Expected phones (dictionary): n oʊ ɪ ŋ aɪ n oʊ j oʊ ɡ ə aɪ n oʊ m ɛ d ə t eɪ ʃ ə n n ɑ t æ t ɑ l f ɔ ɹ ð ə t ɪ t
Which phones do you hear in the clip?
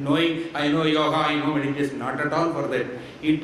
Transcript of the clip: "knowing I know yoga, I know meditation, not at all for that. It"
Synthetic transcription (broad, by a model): n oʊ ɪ ŋ aɪ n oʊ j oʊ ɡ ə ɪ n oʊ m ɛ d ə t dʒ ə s n ɑ t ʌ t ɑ n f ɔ ɹ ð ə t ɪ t